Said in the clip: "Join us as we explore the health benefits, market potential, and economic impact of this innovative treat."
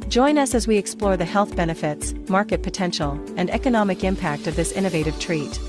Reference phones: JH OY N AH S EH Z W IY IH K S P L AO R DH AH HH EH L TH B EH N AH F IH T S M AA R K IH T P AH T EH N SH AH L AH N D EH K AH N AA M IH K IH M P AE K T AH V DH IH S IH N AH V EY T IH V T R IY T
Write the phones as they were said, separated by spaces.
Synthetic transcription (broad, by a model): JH OY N AH S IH Z W IY IH K S P L AO R DH AH HH EH L TH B EH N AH F IH T S M AA R K IH T P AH T EH N SH L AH N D EH K AH N AA M IH K IH M P AE K T AH V DH IH S IH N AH V EY T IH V T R IY T